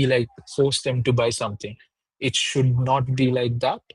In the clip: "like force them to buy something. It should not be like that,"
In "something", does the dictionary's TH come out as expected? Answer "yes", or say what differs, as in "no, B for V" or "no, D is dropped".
no, T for TH